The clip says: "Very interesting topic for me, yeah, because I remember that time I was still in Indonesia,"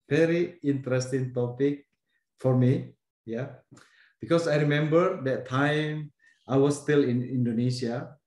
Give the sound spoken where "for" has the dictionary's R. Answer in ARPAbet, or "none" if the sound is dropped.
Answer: R